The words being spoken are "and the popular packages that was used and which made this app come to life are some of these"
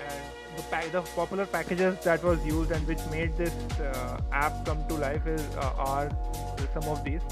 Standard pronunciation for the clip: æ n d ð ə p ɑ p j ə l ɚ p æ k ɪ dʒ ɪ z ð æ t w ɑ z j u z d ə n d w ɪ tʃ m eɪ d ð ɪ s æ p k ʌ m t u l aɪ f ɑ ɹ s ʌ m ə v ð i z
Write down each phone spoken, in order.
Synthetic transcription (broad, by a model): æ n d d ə p ɑ p j ə l ɚ p æ k ɪ dʒ ɪ z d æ t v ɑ z j u z d ə n d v ɪ tʃ m eɪ d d ɪ s æ p k ʌ m t u l aɪ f ɑ ɹ s ʌ m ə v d i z